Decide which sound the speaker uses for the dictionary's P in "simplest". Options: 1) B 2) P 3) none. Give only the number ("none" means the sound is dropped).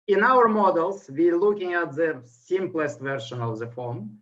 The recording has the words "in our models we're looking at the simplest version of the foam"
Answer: 2